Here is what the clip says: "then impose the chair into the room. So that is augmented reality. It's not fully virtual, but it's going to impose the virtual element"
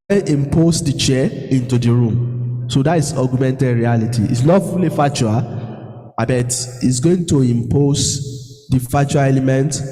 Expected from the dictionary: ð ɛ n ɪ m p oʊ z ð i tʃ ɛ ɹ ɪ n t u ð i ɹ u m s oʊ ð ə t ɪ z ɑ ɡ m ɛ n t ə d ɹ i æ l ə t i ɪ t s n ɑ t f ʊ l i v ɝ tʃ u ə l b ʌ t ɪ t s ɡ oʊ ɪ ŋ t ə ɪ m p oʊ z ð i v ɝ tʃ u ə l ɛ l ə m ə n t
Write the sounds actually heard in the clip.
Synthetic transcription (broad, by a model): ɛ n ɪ m p oʊ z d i tʃ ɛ ɪ n t u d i ɹ u m s oʊ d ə t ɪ s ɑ ɡ m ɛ n t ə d ɹ i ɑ l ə t i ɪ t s l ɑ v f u l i f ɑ tʃ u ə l b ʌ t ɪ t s ɡ oʊ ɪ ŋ t ə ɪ m p oʊ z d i f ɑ tʃ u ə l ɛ l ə m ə n t